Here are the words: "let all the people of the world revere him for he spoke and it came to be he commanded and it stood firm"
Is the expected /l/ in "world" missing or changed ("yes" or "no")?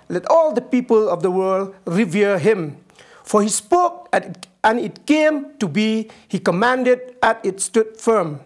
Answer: no